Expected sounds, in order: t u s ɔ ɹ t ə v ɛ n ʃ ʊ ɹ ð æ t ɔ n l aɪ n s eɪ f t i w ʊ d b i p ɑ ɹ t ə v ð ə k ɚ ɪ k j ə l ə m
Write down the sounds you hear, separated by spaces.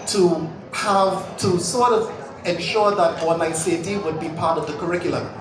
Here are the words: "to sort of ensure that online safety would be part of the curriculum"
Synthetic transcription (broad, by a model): t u s ɔ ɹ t ə v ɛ n ʃ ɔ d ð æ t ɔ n aɪ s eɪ t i w ʊ d b i p ɑ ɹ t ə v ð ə k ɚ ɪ k j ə l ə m